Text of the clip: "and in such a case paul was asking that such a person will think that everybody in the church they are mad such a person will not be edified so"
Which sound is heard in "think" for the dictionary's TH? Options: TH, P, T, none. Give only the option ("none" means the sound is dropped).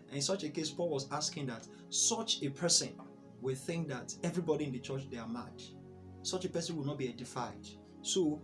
TH